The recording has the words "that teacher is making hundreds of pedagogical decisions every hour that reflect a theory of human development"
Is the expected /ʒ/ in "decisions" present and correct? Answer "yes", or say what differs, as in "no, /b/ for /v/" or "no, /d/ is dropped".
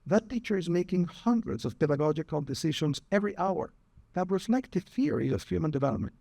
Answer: no, /ʃ/ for /ʒ/